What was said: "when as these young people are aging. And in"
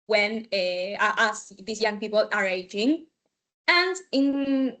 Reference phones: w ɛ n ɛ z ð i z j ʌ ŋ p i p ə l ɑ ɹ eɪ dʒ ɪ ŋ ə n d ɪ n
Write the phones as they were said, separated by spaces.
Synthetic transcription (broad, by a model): w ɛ n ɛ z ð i s j ʌ ŋ p i p ə l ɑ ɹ eɪ dʒ ɪ ŋ ə n d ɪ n